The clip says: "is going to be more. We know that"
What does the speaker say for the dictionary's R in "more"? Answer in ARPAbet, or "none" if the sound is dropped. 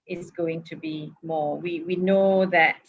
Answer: W